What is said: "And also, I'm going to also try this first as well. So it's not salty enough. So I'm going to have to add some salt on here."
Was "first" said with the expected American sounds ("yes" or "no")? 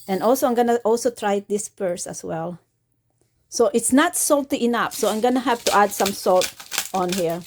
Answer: no